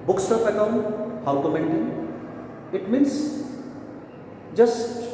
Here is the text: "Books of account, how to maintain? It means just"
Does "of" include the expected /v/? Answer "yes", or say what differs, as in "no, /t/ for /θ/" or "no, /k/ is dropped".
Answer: no, /p/ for /v/